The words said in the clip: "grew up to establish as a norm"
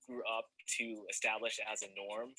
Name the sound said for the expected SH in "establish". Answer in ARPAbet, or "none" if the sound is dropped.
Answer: SH